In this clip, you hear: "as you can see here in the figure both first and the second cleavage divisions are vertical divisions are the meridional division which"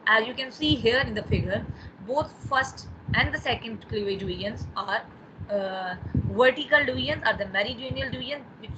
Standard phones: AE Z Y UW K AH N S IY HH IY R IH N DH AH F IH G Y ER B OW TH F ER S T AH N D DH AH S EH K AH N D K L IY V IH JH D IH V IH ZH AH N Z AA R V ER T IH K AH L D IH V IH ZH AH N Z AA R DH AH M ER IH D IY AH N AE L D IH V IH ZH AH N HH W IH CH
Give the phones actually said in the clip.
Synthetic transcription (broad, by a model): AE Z Y UW K AH N S IY HH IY R IH N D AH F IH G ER B OW T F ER S T AH N D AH S EH K AH N D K L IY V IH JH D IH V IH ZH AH N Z AA R V ER T IH K AH L D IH V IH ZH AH N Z AA R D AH M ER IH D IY N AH L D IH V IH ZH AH N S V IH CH